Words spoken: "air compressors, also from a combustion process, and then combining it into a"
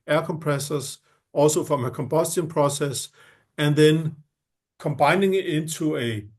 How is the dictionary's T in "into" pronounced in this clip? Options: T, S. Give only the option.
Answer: S